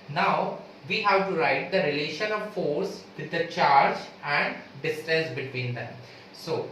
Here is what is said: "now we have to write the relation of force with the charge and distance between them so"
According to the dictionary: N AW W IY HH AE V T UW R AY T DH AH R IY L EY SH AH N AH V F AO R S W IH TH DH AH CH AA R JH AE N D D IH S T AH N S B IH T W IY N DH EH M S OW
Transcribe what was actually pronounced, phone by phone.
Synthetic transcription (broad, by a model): N AW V IY HH AE V T UW R AY T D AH R IY L EY SH AH N AH V F AO R S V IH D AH CH AA R JH AE N D D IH S T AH S B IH T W IY N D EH M S OW